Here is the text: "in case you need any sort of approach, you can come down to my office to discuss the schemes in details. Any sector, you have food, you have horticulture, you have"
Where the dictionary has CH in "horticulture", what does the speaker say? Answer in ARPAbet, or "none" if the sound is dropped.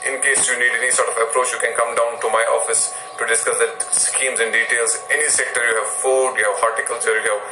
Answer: S